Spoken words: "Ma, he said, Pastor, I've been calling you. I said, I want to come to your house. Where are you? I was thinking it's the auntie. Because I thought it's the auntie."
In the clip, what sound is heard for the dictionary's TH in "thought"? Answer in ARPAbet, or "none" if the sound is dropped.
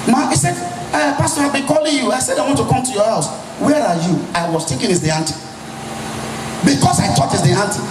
T